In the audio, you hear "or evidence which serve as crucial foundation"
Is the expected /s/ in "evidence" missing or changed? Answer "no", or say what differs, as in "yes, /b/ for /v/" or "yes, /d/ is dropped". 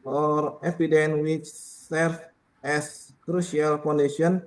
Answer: yes, /s/ is dropped